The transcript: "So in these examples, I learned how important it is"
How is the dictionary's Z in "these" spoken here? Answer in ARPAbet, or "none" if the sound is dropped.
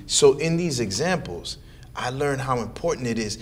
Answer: Z